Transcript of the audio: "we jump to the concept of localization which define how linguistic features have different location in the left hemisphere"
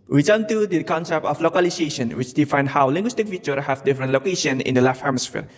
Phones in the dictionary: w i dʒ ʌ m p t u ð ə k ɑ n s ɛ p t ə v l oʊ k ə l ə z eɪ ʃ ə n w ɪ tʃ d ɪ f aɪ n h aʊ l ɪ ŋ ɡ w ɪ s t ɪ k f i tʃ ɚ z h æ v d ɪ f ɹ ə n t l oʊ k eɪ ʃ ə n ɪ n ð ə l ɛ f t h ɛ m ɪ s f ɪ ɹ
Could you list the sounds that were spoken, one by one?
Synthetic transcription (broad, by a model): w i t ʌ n t u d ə k ɑ n s ɛ p t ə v l oʊ k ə l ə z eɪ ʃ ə n w ɪ tʃ d ɪ f aɪ n h aʊ l ɪ ŋ ɡ w ɪ s t ɪ k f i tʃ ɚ h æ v d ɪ f ɹ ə n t l oʊ k eɪ ʃ ə n ɪ n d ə l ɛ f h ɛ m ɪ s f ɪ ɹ